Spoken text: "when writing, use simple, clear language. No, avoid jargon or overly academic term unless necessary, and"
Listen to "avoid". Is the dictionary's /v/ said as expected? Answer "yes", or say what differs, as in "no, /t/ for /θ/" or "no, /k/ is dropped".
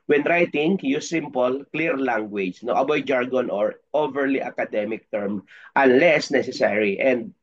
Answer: no, /b/ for /v/